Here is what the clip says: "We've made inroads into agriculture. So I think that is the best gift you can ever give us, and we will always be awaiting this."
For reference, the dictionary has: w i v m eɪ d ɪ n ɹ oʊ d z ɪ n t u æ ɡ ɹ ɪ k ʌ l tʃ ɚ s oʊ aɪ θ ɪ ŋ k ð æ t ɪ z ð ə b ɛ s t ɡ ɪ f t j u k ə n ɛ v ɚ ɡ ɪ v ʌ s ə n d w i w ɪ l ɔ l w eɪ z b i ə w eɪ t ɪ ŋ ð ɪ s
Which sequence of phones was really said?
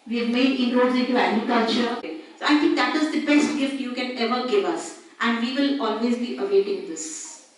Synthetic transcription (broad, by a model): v i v m eɪ d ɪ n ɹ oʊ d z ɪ t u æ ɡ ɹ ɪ k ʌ l tʃ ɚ s oʊ aɪ t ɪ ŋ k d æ t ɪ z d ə b ɛ s t ɡ ɪ f t j u k ə n ɛ v ɚ ɡ ɪ v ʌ s ə n d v i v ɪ l ɔ l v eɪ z b i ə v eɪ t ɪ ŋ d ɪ s